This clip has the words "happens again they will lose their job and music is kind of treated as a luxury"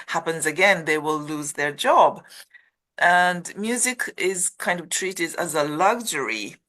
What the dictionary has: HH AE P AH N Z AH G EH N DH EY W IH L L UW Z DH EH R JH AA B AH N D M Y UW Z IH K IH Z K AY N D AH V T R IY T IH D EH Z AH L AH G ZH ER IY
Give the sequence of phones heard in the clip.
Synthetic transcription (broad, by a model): HH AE P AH N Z AH G EH N DH EY W IH L L UW Z DH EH R JH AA B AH N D M Y UW Z IH K IH Z K AY N D AH V T R IY T IH D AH Z AH L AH G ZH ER IY